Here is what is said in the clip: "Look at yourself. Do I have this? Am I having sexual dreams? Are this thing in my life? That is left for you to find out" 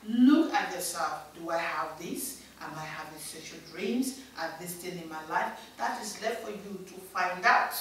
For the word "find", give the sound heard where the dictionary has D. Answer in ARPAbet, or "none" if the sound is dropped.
D